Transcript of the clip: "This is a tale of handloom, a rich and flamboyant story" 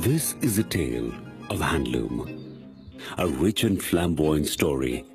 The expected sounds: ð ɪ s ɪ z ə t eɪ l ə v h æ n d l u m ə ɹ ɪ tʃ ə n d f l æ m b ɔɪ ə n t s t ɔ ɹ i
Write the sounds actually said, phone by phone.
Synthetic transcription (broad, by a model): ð ɪ s ɪ z ə t eɪ l ə v h æ n d l u m ə ɹ ɪ tʃ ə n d f l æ m b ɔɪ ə n s t ɔ ɹ i